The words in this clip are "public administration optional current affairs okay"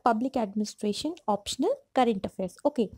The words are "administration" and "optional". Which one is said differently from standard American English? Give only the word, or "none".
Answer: none